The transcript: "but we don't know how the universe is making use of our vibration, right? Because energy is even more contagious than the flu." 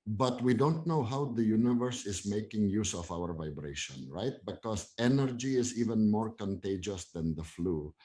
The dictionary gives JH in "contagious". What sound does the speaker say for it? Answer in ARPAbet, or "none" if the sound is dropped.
JH